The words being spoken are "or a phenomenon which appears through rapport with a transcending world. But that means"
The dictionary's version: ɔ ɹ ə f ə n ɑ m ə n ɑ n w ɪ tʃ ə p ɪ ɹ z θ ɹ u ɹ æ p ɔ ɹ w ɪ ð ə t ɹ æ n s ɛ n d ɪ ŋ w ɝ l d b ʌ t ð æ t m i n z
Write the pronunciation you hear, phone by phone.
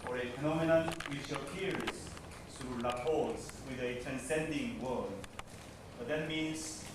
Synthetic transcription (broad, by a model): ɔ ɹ ə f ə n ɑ m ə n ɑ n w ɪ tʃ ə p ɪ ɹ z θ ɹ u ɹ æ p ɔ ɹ w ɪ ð ə t ɹ æ n s ɛ n d ɪ ŋ w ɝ d b ʌ t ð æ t m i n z